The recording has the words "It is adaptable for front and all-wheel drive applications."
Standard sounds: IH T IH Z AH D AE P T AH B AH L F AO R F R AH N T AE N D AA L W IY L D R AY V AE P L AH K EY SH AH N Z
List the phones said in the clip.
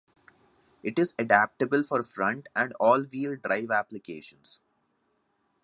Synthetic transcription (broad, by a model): IH T IH Z AH D AE P T AH B AH L F AO R F R AH N T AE N D AA L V IY L D R AY V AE P L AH K EY SH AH N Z